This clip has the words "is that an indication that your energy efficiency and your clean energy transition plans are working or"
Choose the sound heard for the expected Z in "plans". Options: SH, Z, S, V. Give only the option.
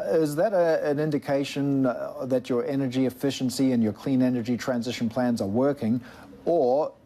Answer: Z